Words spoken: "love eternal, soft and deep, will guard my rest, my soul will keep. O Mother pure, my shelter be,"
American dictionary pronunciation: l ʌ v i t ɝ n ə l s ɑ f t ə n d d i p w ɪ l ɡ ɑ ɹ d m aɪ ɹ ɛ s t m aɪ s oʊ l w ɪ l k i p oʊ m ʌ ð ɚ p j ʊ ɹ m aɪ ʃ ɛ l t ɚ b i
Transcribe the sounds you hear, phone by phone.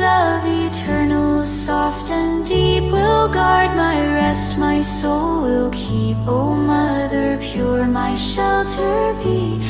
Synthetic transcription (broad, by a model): l ʌ v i t ɝ n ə l s ɑ f t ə n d d i p w ɪ l ɡ ɑ ɹ d m aɪ ɹ ɛ s t m aɪ s oʊ l w ɪ l k i p oʊ m ʌ ð ɚ p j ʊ ɹ m aɪ ʃ ɛ l t ɚ b i